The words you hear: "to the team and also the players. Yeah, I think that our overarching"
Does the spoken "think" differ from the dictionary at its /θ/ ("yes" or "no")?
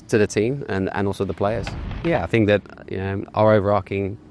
no